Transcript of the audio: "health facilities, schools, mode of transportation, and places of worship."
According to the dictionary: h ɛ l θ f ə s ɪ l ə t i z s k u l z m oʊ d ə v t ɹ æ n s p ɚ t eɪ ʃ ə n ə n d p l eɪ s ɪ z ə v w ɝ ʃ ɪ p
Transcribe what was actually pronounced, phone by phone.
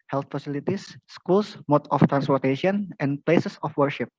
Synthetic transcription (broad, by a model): h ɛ l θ f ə s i l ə t i s k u l s m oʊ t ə f t ɹ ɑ n s p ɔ t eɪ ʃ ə n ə n p l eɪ s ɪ s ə f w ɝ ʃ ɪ p